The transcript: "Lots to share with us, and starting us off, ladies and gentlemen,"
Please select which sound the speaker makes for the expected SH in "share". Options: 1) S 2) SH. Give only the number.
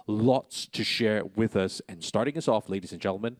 2